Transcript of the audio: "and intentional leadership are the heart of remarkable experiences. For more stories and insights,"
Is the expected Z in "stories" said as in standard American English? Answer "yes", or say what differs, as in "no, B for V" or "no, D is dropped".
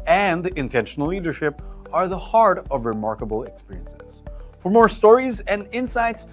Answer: yes